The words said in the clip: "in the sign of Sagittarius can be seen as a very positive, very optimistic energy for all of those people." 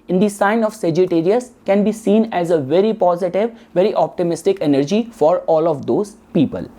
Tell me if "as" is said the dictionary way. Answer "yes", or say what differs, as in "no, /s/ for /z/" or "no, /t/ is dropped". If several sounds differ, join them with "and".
yes